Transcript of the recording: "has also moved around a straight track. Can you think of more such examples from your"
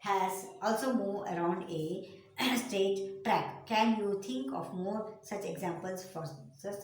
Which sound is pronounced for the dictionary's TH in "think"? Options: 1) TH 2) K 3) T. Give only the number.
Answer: 3